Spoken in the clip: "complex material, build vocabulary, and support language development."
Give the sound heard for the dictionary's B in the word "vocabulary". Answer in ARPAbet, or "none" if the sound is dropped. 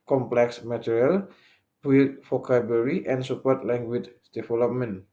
none